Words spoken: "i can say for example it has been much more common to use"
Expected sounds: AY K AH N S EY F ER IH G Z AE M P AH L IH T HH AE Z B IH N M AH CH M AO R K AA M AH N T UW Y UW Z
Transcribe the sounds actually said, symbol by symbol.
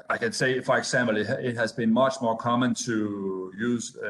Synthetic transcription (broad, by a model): AY K AH N S EY F ER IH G S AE M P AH L IH T HH AE Z B IH N M AH CH M AO R K AA M AH N T UW Y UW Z